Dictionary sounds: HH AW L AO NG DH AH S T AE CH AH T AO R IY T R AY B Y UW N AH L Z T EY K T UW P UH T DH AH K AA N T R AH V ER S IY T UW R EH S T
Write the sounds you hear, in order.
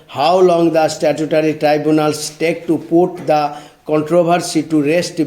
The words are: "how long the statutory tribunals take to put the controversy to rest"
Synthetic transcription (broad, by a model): HH AW L AO NG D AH S T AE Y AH T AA R IY T R AY B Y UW N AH L S T EY K T UW P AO T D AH K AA N T R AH B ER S IY T UW R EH S T